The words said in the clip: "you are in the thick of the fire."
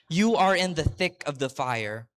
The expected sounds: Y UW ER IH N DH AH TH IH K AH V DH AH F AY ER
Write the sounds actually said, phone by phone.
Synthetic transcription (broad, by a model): Y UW ER IH N DH AH TH IH K AH V DH AH F AY ER